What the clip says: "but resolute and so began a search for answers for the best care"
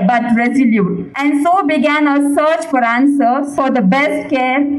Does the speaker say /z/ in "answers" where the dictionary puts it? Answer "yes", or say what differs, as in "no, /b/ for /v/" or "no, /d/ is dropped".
no, /z/ is dropped